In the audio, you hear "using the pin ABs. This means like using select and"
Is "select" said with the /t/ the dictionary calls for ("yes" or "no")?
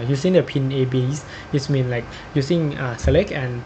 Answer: no